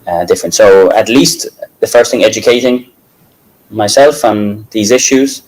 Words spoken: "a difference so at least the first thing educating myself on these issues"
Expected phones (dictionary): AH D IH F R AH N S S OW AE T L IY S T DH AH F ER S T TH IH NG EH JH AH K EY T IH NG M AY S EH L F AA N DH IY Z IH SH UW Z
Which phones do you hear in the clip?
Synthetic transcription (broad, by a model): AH D IH F R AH N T S OW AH T L IY S T DH AH F ER S T TH IH NG EH JH AH K EY T IH NG M AY S EH L F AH N DH IY Z IH SH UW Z